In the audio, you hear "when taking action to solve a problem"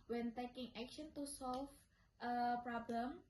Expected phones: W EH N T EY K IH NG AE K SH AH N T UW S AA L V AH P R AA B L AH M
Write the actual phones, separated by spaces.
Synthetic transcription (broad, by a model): W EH N T EY K IH NG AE K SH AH N T UW S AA L F AH P R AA B L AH M